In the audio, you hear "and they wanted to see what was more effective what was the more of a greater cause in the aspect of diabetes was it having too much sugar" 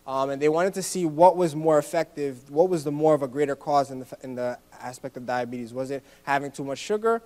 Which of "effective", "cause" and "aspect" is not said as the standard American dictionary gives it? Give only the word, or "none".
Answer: none